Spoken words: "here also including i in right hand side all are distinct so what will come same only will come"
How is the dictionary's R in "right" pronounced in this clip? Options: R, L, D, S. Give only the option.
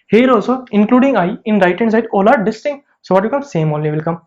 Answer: R